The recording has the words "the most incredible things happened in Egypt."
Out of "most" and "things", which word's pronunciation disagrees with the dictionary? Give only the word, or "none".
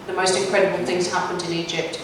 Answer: none